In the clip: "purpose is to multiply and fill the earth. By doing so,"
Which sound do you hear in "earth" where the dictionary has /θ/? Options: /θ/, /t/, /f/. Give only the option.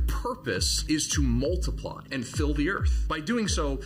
/θ/